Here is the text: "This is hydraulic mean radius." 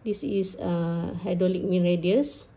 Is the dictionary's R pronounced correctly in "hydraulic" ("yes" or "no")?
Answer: no